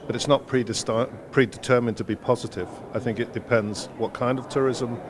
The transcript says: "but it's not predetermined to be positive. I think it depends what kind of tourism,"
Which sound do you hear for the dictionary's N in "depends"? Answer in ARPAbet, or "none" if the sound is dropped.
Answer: N